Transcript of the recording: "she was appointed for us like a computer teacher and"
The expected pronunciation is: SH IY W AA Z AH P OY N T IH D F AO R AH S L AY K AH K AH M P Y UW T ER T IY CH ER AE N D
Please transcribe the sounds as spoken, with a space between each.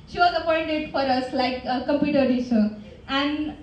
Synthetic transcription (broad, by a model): SH IY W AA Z AH P OY N T IH D F AO R AH S L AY AH K AH M P Y UW T ER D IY S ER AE N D